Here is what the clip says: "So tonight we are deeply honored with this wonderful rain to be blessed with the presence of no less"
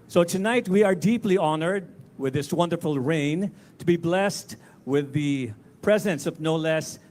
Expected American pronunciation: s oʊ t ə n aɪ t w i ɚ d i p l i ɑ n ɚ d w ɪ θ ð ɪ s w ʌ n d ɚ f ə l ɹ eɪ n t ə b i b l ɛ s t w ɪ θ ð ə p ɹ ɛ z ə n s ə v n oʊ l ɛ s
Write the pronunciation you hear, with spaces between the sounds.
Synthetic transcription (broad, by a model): s oʊ t ə n aɪ t w i ɚ d i p l i ɑ n ɚ d w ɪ ð ɪ s w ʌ n d ɚ f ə l ɹ eɪ n t ə b i b l ɛ s t w ɪ ð ə p ɹ ɛ z ə n s ə v n oʊ l ɛ s